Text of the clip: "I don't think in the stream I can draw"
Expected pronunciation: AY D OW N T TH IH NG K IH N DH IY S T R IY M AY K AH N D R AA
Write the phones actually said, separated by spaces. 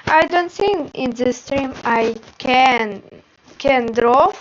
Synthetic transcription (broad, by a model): AY D OW N T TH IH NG IH N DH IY S T R IY M AY K AH N D R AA